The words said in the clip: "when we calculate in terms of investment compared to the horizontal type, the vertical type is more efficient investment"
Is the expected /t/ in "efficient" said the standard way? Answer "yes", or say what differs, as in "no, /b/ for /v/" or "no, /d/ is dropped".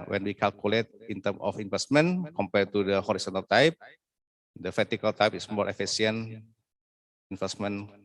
no, /t/ is dropped